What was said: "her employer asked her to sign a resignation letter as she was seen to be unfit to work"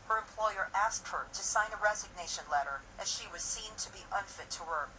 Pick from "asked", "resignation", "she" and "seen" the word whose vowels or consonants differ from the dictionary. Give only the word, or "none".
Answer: none